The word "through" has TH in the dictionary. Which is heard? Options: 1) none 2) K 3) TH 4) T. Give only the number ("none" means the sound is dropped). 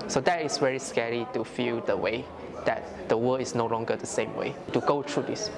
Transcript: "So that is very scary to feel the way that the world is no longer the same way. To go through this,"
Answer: 4